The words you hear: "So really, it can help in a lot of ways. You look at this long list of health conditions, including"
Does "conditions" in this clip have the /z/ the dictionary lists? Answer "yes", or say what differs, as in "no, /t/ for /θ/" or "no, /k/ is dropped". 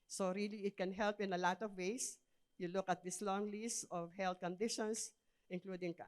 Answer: no, /s/ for /z/